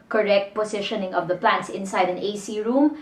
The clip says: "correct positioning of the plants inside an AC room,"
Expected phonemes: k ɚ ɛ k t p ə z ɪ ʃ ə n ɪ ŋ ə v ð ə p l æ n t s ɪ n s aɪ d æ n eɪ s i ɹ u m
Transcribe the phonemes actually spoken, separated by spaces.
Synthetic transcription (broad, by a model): k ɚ ɛ k t p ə s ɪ ʃ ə n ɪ ŋ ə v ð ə p l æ n t s ɪ n s aɪ d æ n eɪ s i ɹ u m